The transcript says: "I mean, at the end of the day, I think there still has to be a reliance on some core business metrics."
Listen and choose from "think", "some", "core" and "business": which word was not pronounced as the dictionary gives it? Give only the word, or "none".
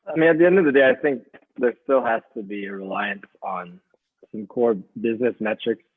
none